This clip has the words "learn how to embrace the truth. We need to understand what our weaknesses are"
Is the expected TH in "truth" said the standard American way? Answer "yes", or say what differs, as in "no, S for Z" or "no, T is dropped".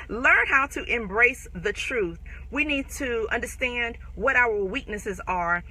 yes